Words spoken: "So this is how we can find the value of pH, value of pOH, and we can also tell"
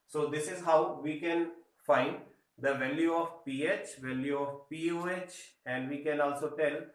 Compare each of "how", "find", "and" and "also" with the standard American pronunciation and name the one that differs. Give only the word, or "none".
none